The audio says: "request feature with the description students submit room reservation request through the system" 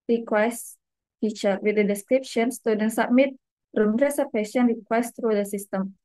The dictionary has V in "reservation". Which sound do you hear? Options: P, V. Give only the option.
P